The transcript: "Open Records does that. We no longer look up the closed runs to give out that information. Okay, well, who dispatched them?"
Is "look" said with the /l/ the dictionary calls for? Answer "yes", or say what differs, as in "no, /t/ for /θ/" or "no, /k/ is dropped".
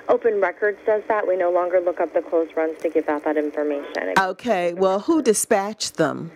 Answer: yes